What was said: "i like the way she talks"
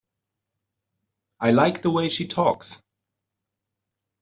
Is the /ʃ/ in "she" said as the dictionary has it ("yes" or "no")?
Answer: yes